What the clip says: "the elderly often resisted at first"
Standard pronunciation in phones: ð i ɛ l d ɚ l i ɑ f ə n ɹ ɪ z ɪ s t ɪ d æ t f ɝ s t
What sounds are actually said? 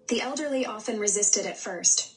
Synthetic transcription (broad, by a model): ð i ɛ l d ɚ l i ɑ f ə n ɹ ɪ z ɪ s t ɪ d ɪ t f ɝ s t